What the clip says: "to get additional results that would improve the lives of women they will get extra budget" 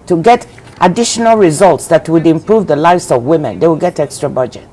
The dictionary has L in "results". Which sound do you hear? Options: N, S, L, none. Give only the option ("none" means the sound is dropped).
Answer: L